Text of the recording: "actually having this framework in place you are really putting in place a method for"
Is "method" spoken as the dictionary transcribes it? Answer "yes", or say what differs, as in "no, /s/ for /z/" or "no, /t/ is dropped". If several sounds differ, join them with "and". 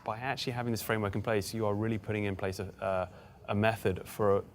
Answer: yes